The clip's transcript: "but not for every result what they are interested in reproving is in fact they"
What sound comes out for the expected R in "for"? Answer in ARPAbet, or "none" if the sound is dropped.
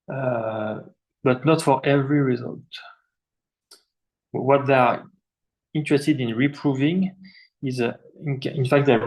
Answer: R